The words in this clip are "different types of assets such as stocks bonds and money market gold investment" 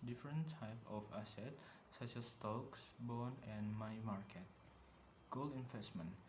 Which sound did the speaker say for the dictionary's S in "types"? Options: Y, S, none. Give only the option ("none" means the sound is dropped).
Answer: none